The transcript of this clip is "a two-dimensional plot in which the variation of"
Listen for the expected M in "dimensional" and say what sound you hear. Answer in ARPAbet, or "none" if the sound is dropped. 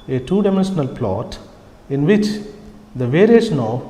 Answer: M